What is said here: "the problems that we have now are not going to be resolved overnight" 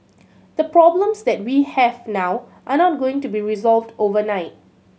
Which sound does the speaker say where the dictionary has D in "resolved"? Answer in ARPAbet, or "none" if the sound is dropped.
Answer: D